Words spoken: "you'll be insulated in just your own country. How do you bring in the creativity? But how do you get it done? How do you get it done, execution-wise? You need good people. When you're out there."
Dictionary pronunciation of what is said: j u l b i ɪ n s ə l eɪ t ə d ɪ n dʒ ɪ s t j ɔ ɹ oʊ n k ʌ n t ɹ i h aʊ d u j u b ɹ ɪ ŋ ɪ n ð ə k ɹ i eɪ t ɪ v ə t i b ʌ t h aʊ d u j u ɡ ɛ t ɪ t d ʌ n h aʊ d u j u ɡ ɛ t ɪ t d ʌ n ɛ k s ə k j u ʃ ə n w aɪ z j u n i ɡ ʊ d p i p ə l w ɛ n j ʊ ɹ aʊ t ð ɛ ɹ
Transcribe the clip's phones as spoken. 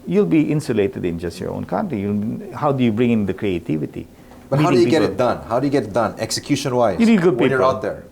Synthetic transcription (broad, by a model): j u l b i ɪ n s ə l eɪ t ə d ɪ n dʒ ɪ s t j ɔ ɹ oʊ n k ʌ n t l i h aʊ d u j u b ɹ ɪ ŋ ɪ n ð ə k ɹ i eɪ t ɪ v ə t i b ʌ t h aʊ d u j u ɡ ɛ t ɪ t d ʌ n h aʊ d u j u ɡ ɛ t ɪ t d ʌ n ɛ k s ə k j u ʃ ə n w aɪ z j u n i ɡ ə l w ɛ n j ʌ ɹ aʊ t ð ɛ ɹ